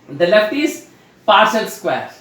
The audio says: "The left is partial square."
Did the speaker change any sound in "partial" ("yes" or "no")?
yes